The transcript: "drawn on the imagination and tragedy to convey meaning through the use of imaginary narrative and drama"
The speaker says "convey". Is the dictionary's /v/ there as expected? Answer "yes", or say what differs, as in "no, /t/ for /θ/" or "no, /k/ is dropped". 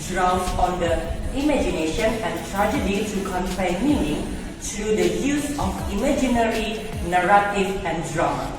no, /f/ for /v/